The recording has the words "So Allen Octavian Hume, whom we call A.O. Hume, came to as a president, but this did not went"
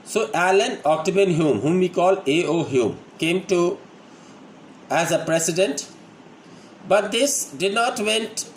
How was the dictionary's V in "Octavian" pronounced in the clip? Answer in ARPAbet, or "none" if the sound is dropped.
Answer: B